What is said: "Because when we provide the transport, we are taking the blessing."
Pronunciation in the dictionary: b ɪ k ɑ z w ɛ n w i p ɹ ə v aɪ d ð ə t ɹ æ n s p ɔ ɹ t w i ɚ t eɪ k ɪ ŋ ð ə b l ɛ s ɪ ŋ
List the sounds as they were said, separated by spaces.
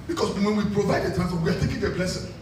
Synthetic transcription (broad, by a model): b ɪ k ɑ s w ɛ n w i p ɹ ə v aɪ d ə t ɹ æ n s f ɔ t w i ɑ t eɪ k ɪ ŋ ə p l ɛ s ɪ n